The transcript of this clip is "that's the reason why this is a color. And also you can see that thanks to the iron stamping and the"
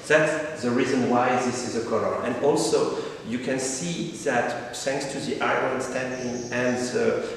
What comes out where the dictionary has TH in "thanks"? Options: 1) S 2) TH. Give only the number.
1